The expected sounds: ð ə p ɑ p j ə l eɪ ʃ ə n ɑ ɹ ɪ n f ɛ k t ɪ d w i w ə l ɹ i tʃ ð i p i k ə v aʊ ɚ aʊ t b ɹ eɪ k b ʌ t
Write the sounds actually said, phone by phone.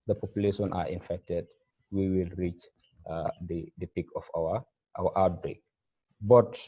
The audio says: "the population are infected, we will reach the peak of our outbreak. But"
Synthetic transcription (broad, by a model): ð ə p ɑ p j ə l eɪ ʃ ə n ɑ ɹ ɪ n f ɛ k t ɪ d w i w ə l ɹ i tʃ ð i p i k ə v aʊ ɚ aʊ t b ɹ eɪ k b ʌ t